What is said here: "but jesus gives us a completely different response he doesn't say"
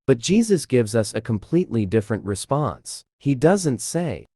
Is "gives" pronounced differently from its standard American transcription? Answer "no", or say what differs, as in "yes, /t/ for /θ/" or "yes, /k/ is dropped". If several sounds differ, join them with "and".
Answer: no